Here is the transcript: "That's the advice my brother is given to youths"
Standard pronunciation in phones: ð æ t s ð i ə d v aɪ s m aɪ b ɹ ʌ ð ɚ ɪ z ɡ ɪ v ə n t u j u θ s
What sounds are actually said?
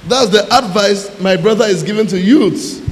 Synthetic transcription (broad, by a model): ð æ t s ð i ə d v aɪ s m aɪ b ɹ ʌ ð ɚ ɪ z ɡ ɪ v ə n t u j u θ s